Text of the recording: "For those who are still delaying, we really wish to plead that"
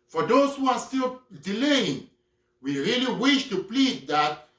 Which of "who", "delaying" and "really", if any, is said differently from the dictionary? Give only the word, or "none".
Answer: none